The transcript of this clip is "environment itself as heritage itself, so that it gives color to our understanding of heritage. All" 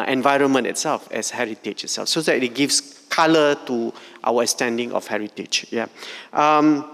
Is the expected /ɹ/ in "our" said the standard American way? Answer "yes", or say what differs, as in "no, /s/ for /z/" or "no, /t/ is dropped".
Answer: no, /w/ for /ɹ/